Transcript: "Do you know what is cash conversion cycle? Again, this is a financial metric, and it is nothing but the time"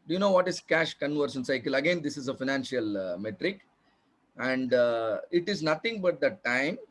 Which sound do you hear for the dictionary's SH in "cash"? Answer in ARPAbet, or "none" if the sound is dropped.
SH